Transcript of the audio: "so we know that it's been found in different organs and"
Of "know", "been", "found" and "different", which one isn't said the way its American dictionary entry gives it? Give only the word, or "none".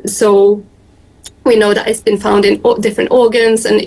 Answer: none